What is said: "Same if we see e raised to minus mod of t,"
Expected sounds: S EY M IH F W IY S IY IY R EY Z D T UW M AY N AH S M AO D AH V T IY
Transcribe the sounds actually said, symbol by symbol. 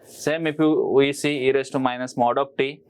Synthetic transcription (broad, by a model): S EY M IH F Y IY S IY IY R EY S T UW M AY N AH S M AO D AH P T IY